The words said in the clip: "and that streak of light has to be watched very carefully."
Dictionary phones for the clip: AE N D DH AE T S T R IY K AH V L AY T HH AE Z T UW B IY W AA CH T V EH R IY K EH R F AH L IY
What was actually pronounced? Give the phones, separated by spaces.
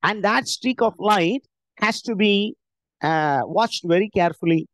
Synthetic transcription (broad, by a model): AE N D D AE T S T R IY K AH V L AY T HH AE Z T UW B IY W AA CH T V EH R IY K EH R F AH L IY